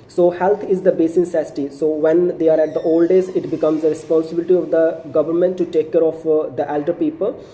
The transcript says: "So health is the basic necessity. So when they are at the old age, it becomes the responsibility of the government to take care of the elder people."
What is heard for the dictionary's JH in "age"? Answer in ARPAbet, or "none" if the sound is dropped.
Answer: Z